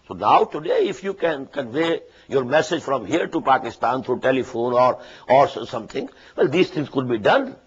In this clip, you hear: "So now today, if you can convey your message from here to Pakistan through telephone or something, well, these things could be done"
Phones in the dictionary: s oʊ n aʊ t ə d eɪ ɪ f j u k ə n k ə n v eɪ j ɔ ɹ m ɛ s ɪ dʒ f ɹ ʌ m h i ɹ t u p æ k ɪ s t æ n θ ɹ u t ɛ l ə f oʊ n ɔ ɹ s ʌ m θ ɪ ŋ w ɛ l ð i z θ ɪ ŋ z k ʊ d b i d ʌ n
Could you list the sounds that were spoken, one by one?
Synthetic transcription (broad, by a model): s oʊ n aʊ t ə d eɪ ɪ f j u k ə n k ə n v eɪ j ɔ ɹ m ɛ s ɪ dʒ f ɹ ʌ m h i ɹ t u p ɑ k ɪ s t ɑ n t ɹ u t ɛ l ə f oʊ n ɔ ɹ s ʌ m t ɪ ŋ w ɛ l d i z t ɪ ŋ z k ʊ d b i d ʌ n